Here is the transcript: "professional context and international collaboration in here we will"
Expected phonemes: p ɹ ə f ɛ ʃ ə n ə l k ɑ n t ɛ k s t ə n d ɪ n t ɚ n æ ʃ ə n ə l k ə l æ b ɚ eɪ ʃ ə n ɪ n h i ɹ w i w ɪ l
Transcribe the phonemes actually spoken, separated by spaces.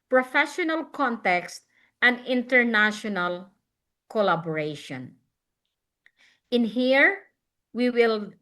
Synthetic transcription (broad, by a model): p ɹ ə f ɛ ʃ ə n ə l k ɑ n t ɛ k s t ə n d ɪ n t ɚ n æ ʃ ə n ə l k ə l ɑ b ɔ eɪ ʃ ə n ɪ n h i ɹ w i w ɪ l